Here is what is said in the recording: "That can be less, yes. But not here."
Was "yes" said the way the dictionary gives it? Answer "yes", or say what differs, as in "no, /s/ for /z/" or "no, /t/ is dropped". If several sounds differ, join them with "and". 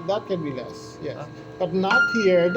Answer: no, /s/ is dropped